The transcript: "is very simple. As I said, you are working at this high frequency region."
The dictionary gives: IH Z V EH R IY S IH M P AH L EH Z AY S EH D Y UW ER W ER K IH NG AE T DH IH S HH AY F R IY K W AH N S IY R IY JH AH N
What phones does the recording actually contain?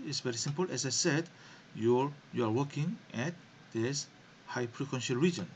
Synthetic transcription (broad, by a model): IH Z V EH R IY S IH M P AH L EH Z AY S EH D Y UW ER W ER K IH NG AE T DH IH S HH AY P R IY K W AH N SH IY R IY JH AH N